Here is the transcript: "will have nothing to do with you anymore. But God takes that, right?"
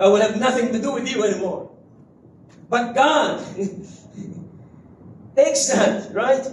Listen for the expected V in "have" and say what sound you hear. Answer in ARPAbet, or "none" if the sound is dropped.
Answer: V